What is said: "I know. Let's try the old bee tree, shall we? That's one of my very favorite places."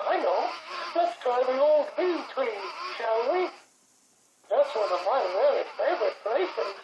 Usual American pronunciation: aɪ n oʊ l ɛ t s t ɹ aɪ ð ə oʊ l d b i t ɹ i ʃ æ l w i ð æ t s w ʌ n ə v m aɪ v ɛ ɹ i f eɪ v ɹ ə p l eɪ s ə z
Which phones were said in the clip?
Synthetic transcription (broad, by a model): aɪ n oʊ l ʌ t s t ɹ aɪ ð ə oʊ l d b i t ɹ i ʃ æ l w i ð æ t s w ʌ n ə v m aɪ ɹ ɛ l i f eɪ v ɹ ə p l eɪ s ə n